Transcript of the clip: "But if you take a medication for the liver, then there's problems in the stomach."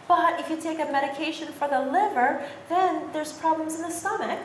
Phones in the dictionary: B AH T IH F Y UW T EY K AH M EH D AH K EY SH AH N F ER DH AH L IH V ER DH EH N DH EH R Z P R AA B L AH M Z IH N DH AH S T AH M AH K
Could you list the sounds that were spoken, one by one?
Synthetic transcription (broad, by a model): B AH T IH F Y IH T EY K AH M EH D AH K EY SH AH N F ER DH AH L IH V ER DH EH N DH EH R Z P R AA B L AH M Z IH N DH AH S T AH M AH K